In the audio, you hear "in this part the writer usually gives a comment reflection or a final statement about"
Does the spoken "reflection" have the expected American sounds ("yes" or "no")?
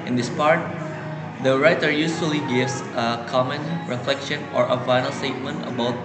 yes